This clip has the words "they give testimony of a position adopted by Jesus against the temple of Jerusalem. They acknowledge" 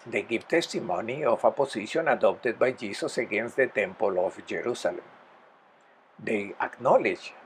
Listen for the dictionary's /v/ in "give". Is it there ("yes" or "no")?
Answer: no